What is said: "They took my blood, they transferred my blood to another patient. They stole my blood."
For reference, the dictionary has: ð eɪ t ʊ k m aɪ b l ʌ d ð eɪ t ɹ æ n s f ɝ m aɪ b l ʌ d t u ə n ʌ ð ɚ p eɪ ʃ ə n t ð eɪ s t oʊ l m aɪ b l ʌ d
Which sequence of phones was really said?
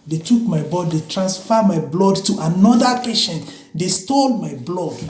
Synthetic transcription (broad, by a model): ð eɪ t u k m aɪ b ɔ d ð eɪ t ɹ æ n s f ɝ m aɪ b l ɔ d t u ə n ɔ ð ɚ p eɪ ʃ ə n t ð eɪ s t oʊ l m aɪ b l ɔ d